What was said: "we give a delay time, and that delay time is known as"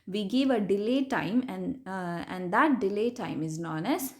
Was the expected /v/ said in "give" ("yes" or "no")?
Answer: yes